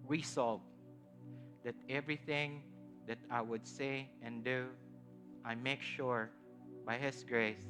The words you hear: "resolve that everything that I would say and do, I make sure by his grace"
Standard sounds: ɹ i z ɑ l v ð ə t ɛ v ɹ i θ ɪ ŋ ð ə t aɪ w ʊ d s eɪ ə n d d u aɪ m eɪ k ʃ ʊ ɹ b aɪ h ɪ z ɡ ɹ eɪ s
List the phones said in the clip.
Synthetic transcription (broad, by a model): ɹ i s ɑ l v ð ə t ɛ v ɹ i θ ɪ ŋ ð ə t aɪ w ʊ d s eɪ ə n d d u aɪ m eɪ k ʃ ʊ ɹ b aɪ h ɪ s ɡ ɹ eɪ s